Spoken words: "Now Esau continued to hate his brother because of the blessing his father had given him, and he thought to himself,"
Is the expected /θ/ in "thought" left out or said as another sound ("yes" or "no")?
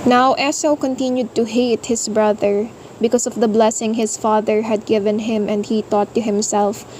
yes